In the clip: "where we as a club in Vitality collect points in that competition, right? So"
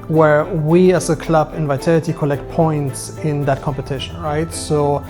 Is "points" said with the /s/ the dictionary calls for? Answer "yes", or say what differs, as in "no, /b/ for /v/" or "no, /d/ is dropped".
yes